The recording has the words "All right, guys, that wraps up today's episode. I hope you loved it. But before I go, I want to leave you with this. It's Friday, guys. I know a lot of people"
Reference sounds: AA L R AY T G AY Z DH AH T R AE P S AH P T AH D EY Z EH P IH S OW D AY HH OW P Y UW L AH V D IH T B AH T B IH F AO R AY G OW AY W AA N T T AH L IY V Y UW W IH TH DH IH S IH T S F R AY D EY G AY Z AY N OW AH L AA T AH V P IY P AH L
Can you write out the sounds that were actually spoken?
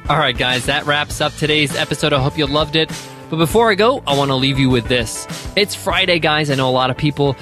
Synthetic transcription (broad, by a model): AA L R AY T G AY Z DH AH T R AE P S AH P T AH D EY Z EH P IH S OW D AY HH OW P Y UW L AH V D IH T B AH T B IH F AO R AY G OW AY W AA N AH L IY V Y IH W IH DH IH S IH T S F R AY D EY G AY Z AY N OW AH L AA T AH V P IY P L